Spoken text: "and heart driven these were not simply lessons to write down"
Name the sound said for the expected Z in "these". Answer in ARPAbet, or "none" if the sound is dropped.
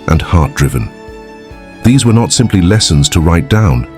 Z